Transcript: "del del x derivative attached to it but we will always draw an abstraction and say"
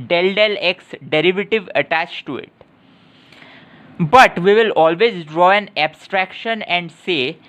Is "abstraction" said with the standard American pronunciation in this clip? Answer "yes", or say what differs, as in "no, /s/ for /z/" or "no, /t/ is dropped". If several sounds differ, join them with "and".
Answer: yes